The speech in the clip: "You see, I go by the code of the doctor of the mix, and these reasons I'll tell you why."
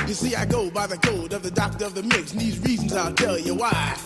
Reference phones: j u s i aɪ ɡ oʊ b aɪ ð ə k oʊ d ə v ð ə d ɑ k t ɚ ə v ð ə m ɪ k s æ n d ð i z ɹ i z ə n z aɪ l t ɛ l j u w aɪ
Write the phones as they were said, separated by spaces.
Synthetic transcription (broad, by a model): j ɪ s i aɪ ɡ oʊ b aɪ ð ə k oʊ d ə v ð ə d ɑ k t ɚ ə v ð ə m ɪ k s n ð i z ɹ i z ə n z aɪ l t ɛ l j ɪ w aɪ